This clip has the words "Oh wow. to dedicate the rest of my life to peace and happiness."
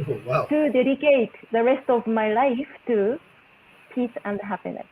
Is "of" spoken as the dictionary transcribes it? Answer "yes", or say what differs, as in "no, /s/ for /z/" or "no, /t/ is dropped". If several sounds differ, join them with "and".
yes